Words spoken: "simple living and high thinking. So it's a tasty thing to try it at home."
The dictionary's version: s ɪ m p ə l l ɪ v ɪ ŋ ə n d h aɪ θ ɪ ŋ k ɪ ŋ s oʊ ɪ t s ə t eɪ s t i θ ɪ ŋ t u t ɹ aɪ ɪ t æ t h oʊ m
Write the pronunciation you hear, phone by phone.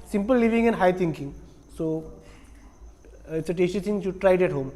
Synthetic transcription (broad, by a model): s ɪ m p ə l l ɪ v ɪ ŋ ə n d h aɪ t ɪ ŋ k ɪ ŋ s oʊ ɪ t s ə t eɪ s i s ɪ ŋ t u t ɹ aɪ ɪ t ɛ t h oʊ m